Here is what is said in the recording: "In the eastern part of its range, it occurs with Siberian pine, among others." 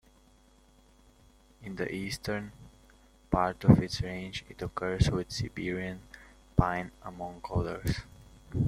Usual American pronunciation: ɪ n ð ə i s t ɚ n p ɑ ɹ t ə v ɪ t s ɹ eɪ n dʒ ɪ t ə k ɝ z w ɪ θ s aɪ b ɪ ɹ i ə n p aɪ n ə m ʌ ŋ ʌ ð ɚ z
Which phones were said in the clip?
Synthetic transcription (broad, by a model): ɪ n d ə i s t ɚ n p ɑ ɹ t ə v ɪ t s ɹ eɪ n dʒ ɪ t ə k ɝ s w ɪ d s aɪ b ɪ ɹ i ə n p aɪ n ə m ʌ ŋ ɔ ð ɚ s